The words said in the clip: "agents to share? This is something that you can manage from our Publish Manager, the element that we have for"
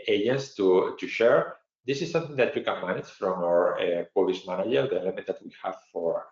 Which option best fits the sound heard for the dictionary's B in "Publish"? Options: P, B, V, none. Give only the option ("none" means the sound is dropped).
none